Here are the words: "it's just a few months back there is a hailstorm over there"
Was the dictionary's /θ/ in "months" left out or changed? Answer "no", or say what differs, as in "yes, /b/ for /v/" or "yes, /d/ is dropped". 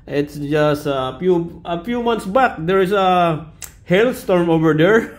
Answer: yes, /t/ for /θ/